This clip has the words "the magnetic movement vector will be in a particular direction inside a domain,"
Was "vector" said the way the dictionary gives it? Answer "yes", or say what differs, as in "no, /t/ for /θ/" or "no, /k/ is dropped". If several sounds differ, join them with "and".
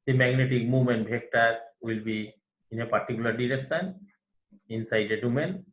no, /b/ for /v/